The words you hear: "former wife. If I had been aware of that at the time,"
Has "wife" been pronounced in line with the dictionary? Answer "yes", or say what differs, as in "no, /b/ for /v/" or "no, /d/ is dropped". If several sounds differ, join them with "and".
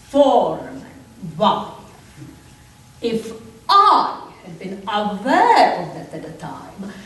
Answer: no, /f/ is dropped